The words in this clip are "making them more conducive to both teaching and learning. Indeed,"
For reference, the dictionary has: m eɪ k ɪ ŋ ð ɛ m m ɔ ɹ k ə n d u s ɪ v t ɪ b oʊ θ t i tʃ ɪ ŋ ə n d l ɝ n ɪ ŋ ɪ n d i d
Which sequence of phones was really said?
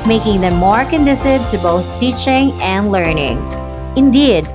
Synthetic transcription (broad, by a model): m eɪ k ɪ ŋ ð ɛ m m ɔ ɹ k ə n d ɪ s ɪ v t ɪ b oʊ θ t i tʃ ɪ ŋ ə n d l ɝ n ɪ ŋ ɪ n d i d